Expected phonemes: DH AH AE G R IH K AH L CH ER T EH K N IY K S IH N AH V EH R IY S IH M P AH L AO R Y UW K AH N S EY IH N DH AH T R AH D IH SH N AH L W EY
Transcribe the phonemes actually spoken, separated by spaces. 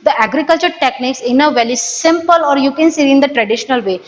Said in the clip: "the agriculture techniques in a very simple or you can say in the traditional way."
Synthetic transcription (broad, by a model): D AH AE G R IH K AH L CH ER T EH K N IY K S IH N AH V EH L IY S IH M P AH L AO R Y UW K AH N S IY IH N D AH T R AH D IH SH N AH L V EY